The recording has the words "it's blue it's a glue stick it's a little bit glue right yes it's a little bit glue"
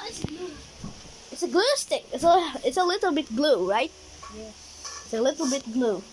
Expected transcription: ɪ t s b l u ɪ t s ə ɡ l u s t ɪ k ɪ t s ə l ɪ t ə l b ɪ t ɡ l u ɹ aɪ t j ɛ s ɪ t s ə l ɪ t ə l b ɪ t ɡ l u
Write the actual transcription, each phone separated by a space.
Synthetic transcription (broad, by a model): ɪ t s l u ɪ t s ə ɡ l u s t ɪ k ɪ t s ə l ɪ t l b ɪ t ɡ l u ɹ aɪ t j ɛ ɪ t s ə l ɪ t l b ɪ t ɡ l u